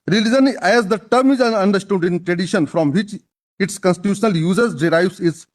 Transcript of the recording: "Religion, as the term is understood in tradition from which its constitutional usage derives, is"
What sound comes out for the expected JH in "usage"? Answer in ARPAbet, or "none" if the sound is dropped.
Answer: Z